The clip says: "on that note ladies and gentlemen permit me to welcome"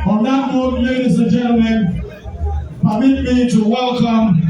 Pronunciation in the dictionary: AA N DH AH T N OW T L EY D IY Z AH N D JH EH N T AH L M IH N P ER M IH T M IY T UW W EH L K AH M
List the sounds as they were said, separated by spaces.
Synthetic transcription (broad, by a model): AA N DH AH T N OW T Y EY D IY S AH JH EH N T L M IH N P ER M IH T M IY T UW W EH L K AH M